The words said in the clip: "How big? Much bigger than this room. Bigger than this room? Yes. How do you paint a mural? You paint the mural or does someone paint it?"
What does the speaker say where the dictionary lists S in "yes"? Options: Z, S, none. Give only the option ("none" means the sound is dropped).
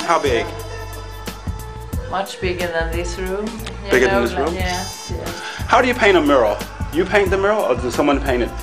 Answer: none